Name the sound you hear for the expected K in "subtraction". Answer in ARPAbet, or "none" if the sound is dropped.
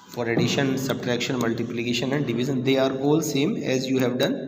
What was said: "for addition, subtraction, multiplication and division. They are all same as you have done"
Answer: K